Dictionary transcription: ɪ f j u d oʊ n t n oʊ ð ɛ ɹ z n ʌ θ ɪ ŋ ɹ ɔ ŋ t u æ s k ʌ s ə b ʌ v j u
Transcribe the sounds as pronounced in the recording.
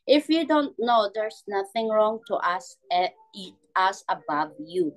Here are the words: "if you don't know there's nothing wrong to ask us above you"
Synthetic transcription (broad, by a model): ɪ f j u d oʊ n t n oʊ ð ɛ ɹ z n ʌ θ ɪ ŋ ɹ ɔ ŋ t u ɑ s ʌ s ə b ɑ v j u